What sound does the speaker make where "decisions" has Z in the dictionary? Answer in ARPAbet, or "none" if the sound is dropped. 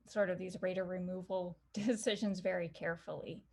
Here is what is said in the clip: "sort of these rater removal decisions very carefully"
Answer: Z